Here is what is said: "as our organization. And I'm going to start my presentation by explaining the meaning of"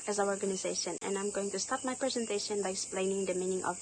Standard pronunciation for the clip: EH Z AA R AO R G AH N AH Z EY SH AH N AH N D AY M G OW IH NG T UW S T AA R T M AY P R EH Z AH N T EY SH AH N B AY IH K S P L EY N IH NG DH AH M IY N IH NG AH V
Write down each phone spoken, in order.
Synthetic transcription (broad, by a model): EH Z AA W AO R G AH N AH Z EY SH AH N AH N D AY M G OW IH NG T UW S T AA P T M AY P R EH Z AH N T EY SH AH N B AY IH K S P L EY N IH NG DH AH M IY N IH NG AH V